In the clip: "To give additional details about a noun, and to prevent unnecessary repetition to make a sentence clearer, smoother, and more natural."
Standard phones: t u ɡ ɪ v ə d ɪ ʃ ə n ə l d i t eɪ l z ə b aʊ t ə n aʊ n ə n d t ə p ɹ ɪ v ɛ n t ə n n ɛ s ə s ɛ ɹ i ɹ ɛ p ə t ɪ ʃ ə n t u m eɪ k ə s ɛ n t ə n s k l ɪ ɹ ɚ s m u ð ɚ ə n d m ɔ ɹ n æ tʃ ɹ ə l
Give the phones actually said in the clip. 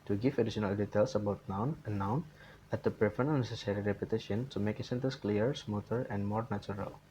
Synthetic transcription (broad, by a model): t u ɡ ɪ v ə d ɪ ʃ ə n ə l d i t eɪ l s ə b aʊ t n aʊ n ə n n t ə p ɹ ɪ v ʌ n ə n n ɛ s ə s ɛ ɹ i ɹ ɛ p ə t ɪ ʃ ə n t u m eɪ k ə s ɛ n t ə n s k l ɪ ɹ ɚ s m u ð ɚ ə n d m ɔ ɹ n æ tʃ ɹ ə l